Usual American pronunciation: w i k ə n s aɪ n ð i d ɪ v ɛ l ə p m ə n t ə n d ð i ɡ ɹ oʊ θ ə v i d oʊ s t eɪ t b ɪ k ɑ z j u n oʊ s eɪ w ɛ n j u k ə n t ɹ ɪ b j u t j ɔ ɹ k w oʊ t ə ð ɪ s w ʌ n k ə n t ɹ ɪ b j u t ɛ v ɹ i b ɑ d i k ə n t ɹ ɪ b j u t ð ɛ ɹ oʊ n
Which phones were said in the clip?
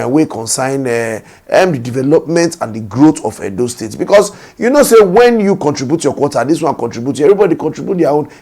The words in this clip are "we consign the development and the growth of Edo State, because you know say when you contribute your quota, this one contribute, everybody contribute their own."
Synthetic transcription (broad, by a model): w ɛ k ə n s aɪ n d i d ɪ v ɛ l ə p m ə n t ə n d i ɡ ɹ oʊ t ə f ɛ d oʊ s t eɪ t b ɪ k ɑ s j u n oʊ s eɪ w ɛ n j u k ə n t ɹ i b j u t j ɔ k w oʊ t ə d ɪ s w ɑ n k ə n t ɹ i b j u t ɛ v ɹ i b ɑ d i k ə n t ɹ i b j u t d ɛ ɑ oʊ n